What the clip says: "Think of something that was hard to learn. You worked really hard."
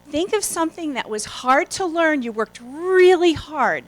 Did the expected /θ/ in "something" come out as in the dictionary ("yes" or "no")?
yes